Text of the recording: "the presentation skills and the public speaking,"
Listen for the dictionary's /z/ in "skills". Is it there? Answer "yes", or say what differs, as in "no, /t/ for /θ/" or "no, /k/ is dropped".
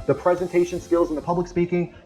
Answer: yes